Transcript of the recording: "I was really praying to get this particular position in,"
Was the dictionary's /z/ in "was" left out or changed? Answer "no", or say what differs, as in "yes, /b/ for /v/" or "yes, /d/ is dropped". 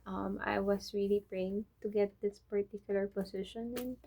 yes, /s/ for /z/